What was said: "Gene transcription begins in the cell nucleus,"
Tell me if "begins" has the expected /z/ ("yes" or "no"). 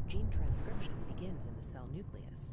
yes